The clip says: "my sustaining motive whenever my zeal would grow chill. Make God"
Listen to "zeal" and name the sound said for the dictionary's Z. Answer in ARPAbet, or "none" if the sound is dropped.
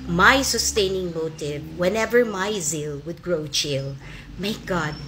Z